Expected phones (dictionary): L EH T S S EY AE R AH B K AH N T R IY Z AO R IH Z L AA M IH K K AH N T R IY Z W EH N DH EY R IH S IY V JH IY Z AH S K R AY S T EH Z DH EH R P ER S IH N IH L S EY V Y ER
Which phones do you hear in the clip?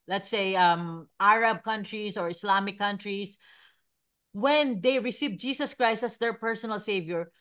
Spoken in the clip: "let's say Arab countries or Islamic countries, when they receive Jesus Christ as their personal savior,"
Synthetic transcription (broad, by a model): L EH T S S EY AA R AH B K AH N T R IY S AO R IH S L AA M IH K K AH N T R IY S W EH N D EY R IH S IY V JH IY S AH S K R AY S T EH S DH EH R P ER S IH N IH L S EY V Y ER